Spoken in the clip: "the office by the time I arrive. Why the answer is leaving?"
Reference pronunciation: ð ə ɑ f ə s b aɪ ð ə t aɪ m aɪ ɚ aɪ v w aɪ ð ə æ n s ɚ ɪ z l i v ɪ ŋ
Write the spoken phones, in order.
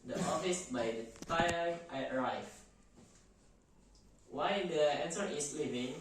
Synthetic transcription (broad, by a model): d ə ɑ f ə s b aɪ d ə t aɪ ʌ aɪ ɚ aɪ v w aɪ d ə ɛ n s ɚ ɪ s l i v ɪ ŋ